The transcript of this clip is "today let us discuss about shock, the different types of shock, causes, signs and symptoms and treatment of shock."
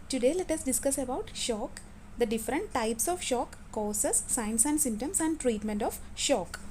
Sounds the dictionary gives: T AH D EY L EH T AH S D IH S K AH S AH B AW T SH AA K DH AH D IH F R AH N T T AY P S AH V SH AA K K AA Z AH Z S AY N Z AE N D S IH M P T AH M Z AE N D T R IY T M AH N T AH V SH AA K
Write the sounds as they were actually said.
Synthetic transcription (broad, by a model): T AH D EY L EH T AH S D IH S K AH S AH B AW T SH AA K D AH D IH F R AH N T T AY P S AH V SH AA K K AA S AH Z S AY N S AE N D S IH M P T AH M S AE N D T R IY T M AH N T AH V SH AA K